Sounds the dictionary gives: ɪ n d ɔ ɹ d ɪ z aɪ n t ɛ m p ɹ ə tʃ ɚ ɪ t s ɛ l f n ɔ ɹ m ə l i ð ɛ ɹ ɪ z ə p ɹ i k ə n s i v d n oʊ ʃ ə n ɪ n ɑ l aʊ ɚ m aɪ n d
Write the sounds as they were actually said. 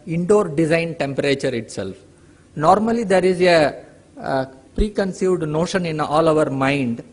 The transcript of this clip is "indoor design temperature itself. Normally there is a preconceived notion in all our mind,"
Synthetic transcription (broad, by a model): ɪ n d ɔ ɹ d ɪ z aɪ n t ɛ m p ɹ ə tʃ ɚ ɪ t s ɛ l f n ɔ ɹ m ə l i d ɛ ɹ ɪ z ə p ɹ i k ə n s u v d n oʊ ʃ ə n ɪ n ɑ l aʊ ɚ m aɪ n d